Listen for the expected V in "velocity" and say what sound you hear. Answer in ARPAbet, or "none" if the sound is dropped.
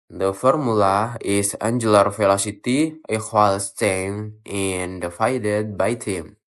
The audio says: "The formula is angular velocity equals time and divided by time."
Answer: F